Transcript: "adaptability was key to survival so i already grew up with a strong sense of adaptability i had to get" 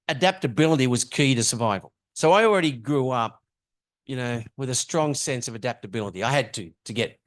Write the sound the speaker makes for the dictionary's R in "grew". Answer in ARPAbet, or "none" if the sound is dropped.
R